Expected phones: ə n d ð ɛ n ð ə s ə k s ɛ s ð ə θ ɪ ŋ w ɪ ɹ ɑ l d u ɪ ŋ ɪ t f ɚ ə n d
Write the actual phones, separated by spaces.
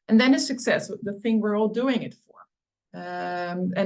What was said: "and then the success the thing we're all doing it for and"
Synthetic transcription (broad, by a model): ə n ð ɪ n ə s ə k s ɛ s ð ə θ ɪ ŋ w ɪ ɹ ɑ l d u ɪ ŋ ɪ t f ɚ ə